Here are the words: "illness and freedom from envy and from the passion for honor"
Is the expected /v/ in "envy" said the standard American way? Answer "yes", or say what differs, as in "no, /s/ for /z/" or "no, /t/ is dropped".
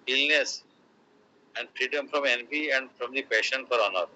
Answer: no, /p/ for /v/